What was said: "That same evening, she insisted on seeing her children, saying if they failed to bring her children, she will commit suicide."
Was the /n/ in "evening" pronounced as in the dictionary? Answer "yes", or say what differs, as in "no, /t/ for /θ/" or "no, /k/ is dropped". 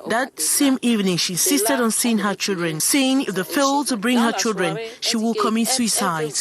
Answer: yes